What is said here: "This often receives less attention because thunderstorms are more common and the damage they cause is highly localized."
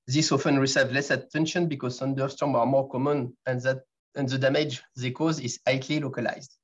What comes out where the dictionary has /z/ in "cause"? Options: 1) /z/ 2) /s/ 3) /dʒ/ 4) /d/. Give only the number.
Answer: 1